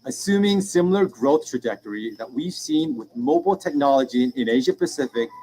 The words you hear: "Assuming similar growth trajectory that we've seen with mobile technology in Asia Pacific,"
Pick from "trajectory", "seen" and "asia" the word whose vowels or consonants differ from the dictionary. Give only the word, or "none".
none